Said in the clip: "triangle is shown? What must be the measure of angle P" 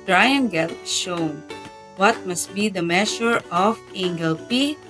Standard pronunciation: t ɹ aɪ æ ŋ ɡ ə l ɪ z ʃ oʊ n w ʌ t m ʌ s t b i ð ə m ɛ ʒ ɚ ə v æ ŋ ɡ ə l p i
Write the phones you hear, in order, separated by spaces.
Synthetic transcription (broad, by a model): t ɹ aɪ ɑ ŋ ɡ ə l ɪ ʃ oʊ n w ʌ t m ʌ s t b i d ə m ɛ ʃ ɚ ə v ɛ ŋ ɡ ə l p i